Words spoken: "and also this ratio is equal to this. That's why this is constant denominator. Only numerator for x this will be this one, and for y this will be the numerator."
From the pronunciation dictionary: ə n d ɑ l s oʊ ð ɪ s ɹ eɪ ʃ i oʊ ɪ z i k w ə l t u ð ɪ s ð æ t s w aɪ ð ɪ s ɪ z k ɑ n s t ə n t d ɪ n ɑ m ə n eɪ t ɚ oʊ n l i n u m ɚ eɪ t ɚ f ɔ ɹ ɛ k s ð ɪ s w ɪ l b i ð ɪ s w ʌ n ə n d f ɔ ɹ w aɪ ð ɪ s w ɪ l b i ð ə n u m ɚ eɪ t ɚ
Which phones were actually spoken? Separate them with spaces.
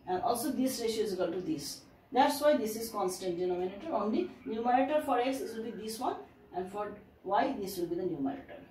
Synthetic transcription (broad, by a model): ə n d ɑ l s oʊ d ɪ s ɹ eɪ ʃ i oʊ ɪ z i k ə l t u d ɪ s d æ t s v aɪ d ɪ s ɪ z k ɑ n s t ə n t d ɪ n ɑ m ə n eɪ t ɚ oʊ n l i n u m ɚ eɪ t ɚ f ɔ ɹ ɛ s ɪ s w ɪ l b i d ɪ s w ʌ n ə n d f ɔ ɹ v aɪ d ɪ s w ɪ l b i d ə n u m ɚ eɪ t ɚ